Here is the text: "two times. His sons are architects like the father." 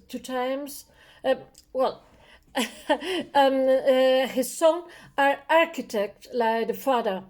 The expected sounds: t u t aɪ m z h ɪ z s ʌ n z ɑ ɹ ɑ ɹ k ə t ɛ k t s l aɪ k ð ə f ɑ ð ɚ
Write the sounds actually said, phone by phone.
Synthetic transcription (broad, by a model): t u t aɪ m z h ɪ z s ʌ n ɑ ɹ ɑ ɹ k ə t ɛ k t l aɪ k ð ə f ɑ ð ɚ